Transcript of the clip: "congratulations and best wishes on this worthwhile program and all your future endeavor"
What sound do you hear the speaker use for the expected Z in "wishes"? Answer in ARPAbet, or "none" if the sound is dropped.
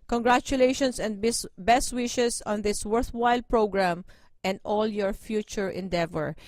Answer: S